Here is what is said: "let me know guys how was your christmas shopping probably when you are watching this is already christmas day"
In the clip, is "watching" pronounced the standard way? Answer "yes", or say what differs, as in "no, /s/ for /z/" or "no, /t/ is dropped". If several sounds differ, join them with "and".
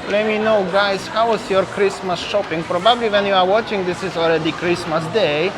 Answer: yes